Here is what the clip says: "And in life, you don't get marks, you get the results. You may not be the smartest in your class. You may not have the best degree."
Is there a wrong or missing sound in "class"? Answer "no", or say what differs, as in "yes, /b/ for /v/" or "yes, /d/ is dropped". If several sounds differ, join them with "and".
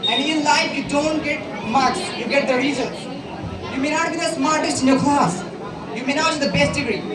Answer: yes, /l/ is dropped